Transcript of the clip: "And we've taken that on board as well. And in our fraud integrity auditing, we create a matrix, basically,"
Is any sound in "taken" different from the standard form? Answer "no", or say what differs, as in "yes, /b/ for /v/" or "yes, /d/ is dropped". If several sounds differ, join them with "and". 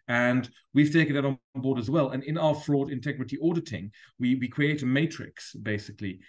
yes, /k/ is dropped